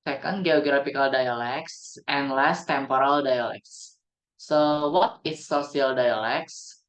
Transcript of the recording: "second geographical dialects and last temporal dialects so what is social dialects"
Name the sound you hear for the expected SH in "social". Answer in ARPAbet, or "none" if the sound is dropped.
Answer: S